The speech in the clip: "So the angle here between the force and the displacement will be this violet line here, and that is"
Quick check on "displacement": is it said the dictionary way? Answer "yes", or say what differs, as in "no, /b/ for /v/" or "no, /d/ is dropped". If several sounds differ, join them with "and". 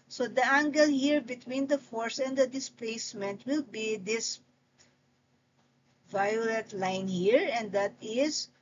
yes